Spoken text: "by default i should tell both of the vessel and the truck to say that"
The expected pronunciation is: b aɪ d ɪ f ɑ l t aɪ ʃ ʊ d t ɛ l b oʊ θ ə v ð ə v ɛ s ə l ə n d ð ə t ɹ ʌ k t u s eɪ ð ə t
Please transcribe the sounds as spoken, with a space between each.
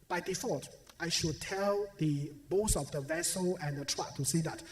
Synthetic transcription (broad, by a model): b aɪ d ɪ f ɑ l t aɪ ʃ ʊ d t ɛ l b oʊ s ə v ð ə v ɛ s ə l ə n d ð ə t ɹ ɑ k t u s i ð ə t